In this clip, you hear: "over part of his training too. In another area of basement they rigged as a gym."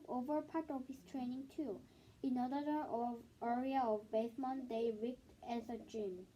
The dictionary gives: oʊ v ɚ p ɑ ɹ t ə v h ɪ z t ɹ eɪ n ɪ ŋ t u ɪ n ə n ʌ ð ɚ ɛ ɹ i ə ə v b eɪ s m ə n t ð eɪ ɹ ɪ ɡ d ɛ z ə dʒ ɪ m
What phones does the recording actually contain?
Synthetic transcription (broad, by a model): oʊ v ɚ p ɑ ɹ t ə v h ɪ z t ɹ eɪ n ɪ ŋ t u ɪ n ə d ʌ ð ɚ ɛ ɹ i ə ə v b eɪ θ m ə n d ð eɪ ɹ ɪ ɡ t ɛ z ə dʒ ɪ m